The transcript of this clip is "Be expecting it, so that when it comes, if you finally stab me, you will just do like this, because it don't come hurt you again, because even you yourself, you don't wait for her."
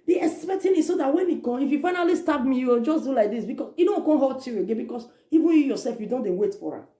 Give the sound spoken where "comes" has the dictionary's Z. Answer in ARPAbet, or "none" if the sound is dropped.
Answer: none